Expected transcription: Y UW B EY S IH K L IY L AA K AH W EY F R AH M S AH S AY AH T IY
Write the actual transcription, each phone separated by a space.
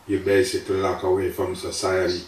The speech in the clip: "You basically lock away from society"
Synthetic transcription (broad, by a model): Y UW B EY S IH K IY L AA K AH W EY F R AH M S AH S AY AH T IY